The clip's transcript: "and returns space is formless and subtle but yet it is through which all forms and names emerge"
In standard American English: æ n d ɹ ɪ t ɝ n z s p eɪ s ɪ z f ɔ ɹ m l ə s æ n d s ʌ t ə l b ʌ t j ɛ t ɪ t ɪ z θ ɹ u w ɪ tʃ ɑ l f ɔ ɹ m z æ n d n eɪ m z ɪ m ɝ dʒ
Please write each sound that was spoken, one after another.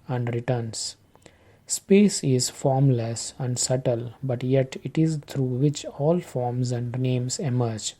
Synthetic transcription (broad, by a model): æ n d ɹ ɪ t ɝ n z s p eɪ s ɪ z f ɔ ɹ m l ə s æ n d s ʌ t ə l b ʌ t j ɛ t ɪ t ɪ z t ɹ u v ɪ tʃ ɑ l f ɔ ɹ m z æ n d n eɪ m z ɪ m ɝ dʒ